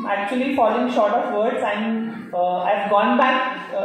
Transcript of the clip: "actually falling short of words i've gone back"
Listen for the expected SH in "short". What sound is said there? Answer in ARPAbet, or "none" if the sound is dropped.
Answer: SH